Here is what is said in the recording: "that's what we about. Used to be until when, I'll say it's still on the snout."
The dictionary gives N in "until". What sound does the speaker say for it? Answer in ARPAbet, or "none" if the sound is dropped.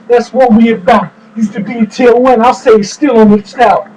none